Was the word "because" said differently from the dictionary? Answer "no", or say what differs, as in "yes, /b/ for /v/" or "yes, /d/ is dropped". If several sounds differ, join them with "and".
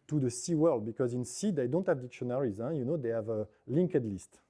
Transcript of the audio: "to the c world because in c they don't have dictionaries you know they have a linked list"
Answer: no